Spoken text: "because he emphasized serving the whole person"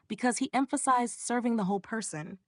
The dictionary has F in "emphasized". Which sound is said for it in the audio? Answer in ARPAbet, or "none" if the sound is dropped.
F